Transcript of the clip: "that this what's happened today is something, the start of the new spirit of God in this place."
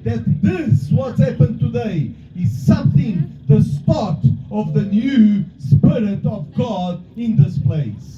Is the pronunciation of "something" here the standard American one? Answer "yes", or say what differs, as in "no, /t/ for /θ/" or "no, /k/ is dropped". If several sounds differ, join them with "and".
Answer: yes